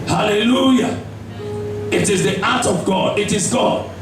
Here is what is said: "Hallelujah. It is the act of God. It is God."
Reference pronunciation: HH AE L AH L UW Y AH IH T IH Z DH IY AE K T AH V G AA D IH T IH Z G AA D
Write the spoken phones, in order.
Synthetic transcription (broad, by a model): HH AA L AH L UW Y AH IH T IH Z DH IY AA T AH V G AA D IH T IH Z G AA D